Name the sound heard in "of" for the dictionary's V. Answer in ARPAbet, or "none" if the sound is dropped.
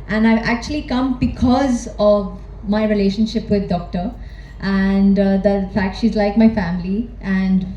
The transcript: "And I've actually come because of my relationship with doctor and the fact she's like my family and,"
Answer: V